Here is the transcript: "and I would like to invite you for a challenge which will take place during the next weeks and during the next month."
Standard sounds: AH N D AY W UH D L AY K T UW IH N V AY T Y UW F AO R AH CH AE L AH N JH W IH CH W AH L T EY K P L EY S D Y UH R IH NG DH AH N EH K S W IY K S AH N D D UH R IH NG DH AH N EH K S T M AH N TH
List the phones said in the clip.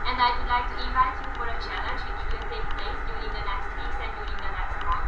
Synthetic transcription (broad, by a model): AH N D AY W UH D L AY K T UW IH V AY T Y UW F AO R AH CH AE L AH N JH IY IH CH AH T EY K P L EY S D Y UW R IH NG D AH N EH K S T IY S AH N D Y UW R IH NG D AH N EH K S T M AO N